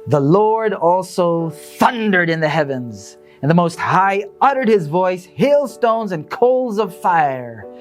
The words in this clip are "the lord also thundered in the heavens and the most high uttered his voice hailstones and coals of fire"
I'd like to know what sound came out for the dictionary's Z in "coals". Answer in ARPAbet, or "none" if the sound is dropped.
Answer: Z